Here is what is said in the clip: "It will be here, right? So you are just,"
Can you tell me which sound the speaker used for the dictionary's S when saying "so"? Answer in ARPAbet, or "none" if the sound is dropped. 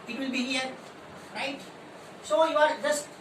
S